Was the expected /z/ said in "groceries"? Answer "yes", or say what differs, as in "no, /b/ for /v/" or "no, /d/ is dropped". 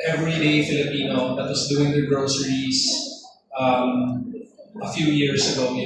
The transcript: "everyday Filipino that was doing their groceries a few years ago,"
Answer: no, /s/ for /z/